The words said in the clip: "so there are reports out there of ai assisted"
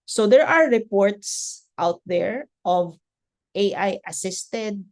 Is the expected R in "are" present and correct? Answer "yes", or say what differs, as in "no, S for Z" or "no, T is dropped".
yes